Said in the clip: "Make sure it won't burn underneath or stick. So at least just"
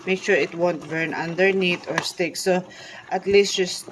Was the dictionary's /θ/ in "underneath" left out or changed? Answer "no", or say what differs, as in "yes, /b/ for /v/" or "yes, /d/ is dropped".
yes, /t/ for /θ/